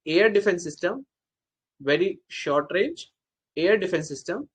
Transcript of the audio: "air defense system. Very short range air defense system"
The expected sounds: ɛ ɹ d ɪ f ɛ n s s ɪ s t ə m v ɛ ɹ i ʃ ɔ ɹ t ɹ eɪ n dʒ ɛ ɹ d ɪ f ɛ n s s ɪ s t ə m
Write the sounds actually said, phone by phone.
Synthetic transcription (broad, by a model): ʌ ɹ d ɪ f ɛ n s s ɪ s t ə m v ɛ ɹ i ʃ ɔ ɹ t ɹ eɪ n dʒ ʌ ɹ d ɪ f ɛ n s s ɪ s t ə m